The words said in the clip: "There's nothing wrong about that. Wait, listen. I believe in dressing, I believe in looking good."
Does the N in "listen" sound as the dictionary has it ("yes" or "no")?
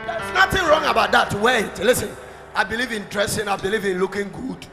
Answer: yes